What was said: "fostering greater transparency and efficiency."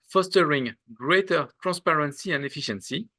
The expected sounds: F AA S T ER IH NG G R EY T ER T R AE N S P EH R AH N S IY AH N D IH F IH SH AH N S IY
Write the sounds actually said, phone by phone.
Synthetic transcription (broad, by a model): F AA S T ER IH NG G R EY T ER T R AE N S P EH R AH N S IY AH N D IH F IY SH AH N S IY